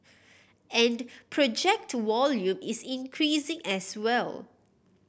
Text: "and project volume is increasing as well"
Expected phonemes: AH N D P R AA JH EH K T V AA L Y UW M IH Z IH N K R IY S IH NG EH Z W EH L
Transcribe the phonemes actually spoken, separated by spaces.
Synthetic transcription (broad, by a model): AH N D P R AA JH EH K T W AA L Y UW M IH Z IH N K R IY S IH NG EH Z W EH L